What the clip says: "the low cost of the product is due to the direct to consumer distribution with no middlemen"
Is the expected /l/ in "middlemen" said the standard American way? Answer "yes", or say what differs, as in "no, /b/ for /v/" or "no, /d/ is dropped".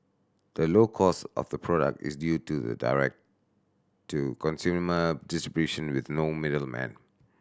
yes